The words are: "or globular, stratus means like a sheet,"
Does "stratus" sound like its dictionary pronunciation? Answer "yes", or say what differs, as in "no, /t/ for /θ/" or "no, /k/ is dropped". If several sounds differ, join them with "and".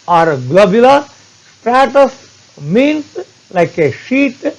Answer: yes